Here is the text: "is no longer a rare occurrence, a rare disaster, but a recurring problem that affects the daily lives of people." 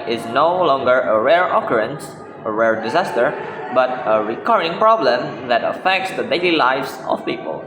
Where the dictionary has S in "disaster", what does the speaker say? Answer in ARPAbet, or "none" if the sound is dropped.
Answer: S